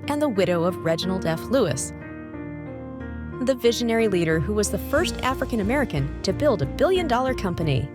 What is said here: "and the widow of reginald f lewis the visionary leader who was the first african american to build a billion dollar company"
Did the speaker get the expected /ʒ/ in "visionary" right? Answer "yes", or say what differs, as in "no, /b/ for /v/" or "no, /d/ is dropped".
yes